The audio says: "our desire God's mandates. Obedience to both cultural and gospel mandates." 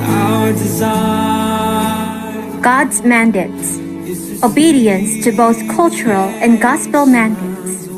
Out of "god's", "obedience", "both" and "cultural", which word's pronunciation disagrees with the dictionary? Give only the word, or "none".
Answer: none